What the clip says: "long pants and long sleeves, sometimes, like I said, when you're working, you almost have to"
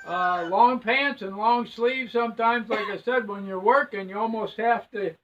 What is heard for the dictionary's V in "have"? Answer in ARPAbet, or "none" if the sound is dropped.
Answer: F